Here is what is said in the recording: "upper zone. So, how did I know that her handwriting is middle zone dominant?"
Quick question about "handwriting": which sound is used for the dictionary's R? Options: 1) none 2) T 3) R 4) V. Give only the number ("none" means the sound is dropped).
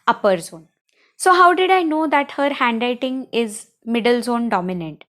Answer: 1